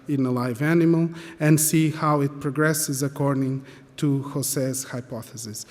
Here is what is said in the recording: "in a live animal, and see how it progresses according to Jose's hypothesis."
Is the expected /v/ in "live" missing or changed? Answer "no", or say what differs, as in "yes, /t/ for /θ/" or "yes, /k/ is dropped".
no